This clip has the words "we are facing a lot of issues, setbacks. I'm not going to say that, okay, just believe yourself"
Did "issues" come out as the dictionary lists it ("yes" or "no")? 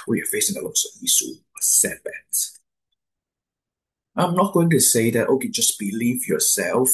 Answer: no